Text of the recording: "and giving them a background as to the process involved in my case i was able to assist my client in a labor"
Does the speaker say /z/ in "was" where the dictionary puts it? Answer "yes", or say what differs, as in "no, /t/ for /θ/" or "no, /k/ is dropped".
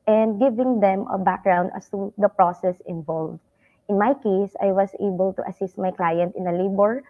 no, /s/ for /z/